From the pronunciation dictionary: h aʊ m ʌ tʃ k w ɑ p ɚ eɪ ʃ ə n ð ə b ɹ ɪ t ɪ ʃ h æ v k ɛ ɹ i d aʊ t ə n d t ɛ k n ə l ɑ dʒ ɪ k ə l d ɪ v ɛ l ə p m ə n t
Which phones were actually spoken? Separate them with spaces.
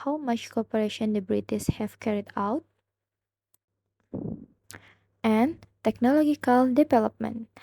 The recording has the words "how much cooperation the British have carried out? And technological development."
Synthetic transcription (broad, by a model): h aʊ m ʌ tʃ k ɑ p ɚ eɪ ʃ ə n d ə b ɹ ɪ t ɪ s h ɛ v k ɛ ɹ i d aʊ t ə n t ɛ k n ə l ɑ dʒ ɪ k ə l d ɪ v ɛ l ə p m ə n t